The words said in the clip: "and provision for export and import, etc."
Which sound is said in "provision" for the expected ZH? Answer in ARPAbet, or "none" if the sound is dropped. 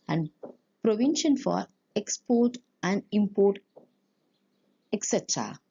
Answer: SH